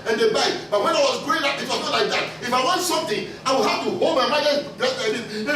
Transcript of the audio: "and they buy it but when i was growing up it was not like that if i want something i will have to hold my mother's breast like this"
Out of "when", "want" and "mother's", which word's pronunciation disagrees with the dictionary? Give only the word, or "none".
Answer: mother's